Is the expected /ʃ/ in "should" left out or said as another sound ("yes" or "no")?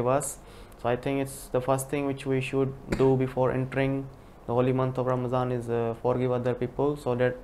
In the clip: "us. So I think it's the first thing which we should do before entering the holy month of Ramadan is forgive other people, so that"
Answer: no